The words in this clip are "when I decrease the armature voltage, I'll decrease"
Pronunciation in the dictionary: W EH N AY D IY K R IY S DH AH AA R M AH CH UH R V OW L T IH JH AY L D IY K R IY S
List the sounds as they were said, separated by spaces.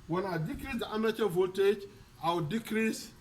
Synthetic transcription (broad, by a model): W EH N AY D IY K R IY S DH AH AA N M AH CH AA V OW T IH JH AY W D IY K R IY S